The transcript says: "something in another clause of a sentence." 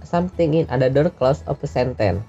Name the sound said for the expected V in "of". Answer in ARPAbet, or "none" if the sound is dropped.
P